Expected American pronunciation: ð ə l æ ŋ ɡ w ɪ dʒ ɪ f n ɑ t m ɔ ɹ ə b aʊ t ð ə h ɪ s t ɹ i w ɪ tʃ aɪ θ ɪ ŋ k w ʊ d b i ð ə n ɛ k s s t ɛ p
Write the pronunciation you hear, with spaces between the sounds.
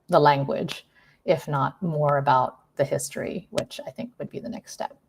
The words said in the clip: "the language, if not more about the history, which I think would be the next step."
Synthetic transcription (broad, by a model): ð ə l æ ŋ ɡ w ɪ dʒ ɪ f n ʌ t m ɔ ɹ ə b aʊ t ð ə h ɪ s t ɹ i w ɪ tʃ aɪ θ ɪ ŋ k w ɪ d b i ð ə n ɛ k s s t ɛ p